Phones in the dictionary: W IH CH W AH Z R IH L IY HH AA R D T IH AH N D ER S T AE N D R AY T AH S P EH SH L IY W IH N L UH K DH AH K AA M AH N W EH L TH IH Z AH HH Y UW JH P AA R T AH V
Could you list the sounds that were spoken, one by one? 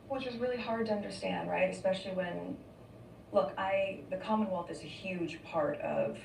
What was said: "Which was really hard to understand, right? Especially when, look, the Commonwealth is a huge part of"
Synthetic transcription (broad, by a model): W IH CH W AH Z R IH L IY HH AA R D T IH AH N D ER S T AE N D R AY T AH S P EH SH L IY W IH N L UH K DH AH K AA M AH N W EH L TH IH Z AH HH Y UW JH P AA R T AH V